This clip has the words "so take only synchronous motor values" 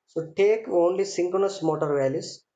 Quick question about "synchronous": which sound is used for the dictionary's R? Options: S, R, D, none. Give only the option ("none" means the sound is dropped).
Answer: none